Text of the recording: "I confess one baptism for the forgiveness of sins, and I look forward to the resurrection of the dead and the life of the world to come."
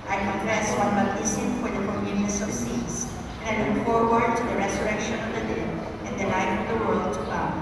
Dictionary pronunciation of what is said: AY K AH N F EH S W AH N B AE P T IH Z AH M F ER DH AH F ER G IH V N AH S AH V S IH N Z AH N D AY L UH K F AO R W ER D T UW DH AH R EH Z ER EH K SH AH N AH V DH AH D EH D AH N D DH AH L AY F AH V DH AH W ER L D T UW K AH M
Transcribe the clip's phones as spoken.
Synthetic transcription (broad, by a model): AY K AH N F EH S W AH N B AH T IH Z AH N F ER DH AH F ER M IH N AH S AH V S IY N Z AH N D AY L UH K F AO R W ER D T UW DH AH R EH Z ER EH K SH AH N AH V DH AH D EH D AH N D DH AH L AY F AH V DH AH W ER L D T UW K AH